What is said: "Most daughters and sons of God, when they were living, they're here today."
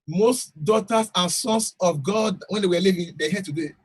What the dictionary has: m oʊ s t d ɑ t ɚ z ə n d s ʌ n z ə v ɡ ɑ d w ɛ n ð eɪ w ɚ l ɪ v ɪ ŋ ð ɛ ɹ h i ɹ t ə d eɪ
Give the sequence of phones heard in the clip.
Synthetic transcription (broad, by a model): m oʊ s t d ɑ t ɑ s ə n s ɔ n s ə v ɡ ɑ d w ɛ n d eɪ w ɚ l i v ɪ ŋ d ɛ h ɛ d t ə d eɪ